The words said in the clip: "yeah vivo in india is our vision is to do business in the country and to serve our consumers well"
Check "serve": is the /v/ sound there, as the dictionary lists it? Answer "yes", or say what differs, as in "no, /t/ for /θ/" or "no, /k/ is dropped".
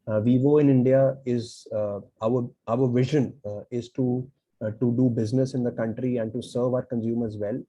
yes